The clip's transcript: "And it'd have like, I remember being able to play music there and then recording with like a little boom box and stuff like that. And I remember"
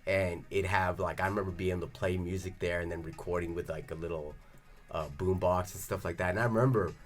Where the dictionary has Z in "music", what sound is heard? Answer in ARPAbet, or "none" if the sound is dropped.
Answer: Z